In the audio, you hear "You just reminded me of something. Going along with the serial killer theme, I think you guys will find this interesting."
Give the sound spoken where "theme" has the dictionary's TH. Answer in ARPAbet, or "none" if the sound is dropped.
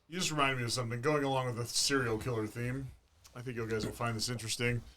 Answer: TH